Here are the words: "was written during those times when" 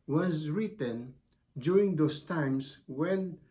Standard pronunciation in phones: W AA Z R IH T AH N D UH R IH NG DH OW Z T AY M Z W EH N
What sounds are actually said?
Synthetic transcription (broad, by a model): W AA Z R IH T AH N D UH R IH NG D OW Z T AY M S W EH N